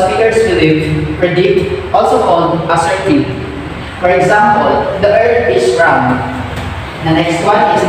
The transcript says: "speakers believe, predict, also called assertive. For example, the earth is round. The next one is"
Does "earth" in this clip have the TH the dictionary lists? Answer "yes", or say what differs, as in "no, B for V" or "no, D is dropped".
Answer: no, T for TH